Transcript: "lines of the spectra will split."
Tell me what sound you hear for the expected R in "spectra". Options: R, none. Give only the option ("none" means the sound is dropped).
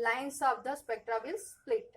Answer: R